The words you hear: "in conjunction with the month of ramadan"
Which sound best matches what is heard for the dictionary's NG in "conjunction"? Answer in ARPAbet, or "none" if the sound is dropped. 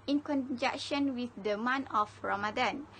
none